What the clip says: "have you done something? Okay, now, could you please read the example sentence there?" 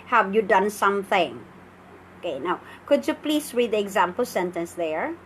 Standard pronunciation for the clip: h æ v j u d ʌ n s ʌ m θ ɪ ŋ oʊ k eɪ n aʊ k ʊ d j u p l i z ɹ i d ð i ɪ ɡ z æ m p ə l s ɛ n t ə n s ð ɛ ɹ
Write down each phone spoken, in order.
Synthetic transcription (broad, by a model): h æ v j u d ʌ n s ʌ m θ ɪ ŋ oʊ k eɪ n aʊ k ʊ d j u p l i s ɹ i d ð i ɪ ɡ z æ m p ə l s ɛ n t ə n s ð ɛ ɹ